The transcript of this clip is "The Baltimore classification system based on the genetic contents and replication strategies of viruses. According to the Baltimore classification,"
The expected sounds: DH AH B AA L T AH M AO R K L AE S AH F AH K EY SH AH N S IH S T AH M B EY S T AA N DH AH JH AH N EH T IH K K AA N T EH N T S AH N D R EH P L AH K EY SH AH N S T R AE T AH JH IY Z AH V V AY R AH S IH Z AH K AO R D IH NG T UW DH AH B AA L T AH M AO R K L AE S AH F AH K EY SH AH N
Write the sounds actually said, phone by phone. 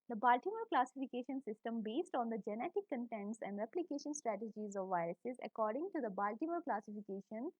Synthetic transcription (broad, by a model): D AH B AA L T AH M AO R K L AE S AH F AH K EY SH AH N S IH S T AH M B EY S T AA N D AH JH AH N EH T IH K K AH N T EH N T S AH N D R EH P L AH K EY SH AH N S T R AE T AH JH IY Z AH V V AY R AH S IH Z AH K AO R D IH NG T UW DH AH B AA L T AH M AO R K L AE S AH F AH K EY SH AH N